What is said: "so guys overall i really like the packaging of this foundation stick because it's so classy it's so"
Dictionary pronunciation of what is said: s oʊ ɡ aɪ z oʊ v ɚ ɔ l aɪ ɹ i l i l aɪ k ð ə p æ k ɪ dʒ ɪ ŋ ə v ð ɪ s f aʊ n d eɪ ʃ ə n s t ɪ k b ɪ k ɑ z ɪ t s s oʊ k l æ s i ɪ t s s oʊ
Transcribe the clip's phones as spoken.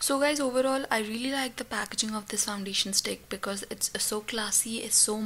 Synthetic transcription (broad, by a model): s oʊ ɡ aɪ z oʊ v ɚ ɔ l aɪ ɹ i l i l aɪ k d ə p æ k ɪ dʒ ɪ ŋ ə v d ɪ s f aʊ n d eɪ ʃ ə n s t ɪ k b ɪ k ɑ z ɪ t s s oʊ k l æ s i ɪ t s s oʊ